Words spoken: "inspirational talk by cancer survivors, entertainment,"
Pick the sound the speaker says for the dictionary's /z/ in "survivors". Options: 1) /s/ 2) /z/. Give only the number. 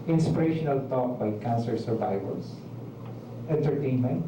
1